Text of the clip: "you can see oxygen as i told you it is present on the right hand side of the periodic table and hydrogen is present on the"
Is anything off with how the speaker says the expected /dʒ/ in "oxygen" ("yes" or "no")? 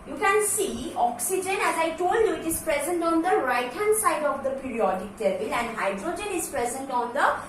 no